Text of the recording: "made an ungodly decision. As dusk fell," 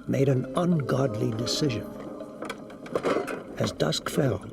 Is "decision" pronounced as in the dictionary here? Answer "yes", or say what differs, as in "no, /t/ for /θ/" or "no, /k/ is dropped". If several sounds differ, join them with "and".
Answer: yes